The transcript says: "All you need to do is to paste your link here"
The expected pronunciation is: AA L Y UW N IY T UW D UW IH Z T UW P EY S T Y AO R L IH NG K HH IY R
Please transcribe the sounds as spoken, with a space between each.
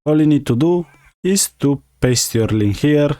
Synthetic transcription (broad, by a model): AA L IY N IY T UW D UW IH S T UW P EY S T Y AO R L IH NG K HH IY R